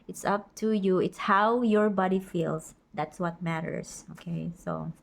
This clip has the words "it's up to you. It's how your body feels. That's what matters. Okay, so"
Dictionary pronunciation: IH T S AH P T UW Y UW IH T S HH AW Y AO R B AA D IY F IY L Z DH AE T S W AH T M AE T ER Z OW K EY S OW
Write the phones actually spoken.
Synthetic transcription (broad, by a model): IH T S AH P T UW Y UW IH T S HH AW Y AO R B AA D IY F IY L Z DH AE T S W AH T M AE T ER S OW K EY S OW